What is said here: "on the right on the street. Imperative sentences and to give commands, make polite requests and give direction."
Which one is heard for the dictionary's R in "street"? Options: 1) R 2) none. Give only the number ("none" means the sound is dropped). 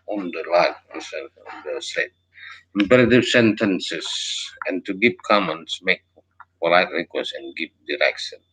2